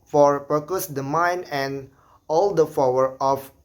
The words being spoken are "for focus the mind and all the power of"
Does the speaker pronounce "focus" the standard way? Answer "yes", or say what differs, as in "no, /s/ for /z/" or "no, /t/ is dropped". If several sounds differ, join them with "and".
no, /p/ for /f/